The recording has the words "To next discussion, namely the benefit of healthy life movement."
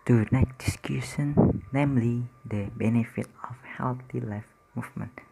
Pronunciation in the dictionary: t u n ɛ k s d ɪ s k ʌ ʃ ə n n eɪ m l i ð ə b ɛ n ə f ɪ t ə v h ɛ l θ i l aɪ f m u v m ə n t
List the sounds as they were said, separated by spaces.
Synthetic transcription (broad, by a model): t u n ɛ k d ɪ s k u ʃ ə n n eɪ m l i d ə b ɛ n ə f ɪ t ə f h ɛ l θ i l aɪ f m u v m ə n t